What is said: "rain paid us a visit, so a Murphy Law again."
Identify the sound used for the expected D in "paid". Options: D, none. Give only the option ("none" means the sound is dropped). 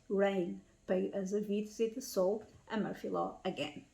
none